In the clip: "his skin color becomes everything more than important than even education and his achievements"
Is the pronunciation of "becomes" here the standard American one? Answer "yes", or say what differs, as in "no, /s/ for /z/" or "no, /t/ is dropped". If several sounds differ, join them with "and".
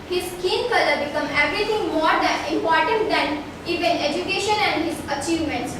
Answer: no, /z/ is dropped